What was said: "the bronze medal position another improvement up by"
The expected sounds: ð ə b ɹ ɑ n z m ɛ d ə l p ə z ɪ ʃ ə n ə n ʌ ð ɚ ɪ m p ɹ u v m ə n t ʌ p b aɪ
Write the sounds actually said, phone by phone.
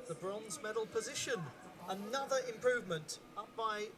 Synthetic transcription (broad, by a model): ð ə b ɹ ɑ n z m ɛ d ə l p ə z ɪ ʃ ə n ə n ʌ ð ɚ ɪ m p ɹ u v m ə n t ʌ p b aɪ